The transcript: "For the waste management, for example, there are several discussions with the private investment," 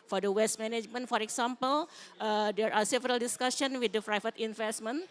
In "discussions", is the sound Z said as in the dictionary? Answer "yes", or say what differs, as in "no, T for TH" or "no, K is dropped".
no, Z is dropped